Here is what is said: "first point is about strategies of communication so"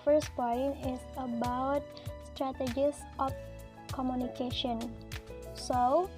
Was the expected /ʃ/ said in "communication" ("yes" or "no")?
yes